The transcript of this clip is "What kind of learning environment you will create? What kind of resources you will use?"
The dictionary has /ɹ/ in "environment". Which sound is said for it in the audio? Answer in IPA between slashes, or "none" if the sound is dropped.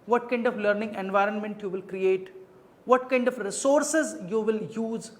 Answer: /ɹ/